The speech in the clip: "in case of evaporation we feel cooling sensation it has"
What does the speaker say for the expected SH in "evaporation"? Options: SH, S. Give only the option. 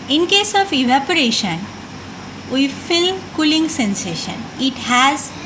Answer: SH